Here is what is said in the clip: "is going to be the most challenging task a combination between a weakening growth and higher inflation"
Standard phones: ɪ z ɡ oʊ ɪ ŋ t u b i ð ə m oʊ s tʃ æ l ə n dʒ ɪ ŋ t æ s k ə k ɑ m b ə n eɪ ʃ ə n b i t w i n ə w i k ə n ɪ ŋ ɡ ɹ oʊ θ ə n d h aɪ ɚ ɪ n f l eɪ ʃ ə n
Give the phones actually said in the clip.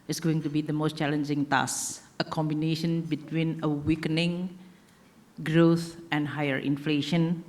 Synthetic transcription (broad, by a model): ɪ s ɡ oʊ ɪ ŋ t u b i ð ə m oʊ s tʃ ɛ l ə n dʒ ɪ ŋ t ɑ s ə k ɑ m b ə n eɪ ʃ ə n b i t w i n ə w i k ə n ɪ ŋ ɡ ɹ oʊ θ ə n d h aɪ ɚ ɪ n f l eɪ ʃ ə n